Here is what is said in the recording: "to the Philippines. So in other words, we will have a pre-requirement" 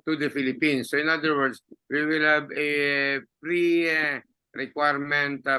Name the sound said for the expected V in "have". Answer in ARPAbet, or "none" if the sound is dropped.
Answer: B